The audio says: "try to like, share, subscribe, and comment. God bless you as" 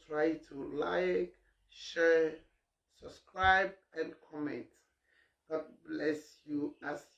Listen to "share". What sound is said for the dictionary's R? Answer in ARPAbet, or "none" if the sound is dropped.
R